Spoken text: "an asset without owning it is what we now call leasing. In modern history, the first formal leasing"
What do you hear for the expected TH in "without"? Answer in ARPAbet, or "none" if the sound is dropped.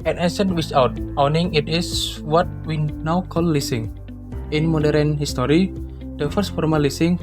S